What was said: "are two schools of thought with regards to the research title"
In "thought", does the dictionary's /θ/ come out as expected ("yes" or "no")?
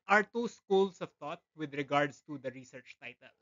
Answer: no